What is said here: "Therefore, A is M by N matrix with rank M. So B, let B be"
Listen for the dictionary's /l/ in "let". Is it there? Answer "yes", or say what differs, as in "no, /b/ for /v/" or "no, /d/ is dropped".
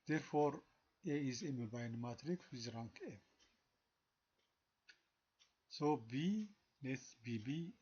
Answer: no, /n/ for /l/